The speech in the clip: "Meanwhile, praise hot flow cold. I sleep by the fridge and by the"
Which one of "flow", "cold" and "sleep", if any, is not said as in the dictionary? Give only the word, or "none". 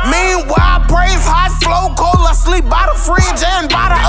cold